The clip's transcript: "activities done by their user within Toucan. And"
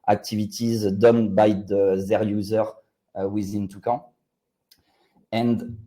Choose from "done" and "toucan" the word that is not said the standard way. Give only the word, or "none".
toucan